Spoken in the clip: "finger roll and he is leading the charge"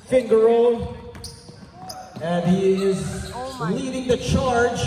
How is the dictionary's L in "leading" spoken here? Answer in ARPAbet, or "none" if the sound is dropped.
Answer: N